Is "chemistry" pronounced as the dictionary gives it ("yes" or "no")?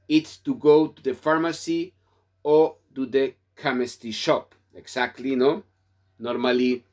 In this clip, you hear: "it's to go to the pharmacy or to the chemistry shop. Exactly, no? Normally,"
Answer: no